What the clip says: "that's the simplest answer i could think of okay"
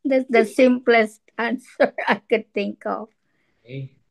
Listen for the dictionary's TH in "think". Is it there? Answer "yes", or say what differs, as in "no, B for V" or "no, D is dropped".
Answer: no, T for TH